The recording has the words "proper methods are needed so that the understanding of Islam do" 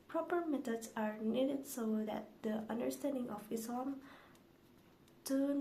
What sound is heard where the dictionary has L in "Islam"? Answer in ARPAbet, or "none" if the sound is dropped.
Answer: none